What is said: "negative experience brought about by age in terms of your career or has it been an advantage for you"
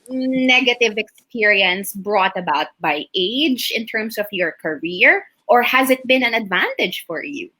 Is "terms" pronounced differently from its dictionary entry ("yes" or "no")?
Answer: yes